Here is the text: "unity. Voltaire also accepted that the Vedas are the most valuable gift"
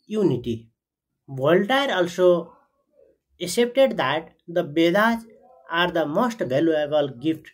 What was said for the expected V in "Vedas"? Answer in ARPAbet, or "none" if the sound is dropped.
B